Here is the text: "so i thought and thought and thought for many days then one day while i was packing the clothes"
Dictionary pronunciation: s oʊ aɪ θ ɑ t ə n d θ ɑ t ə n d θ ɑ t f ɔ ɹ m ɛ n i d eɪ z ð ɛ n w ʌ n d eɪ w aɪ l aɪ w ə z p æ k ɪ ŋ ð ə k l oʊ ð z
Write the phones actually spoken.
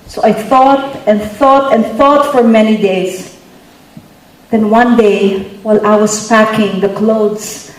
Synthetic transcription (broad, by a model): s oʊ aɪ θ ɑ t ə n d θ ɑ t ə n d θ ɑ t f ɔ ɹ m ɛ n i d eɪ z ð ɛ n w ʌ n d eɪ w aɪ l aɪ w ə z p æ k ɪ ŋ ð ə k l oʊ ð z